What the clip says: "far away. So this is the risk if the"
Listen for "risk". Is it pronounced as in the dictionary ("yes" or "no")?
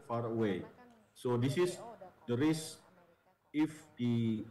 no